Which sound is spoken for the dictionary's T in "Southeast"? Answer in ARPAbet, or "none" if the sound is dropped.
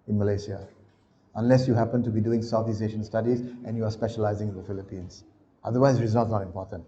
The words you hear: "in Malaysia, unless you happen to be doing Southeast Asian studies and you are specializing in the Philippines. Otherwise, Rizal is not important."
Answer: none